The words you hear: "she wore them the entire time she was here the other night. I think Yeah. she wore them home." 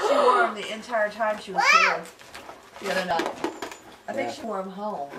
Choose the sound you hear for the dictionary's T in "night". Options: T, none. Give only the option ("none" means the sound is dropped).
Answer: none